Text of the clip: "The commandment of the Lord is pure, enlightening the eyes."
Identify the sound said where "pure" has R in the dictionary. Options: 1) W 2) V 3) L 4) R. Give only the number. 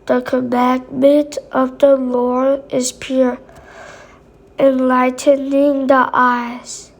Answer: 4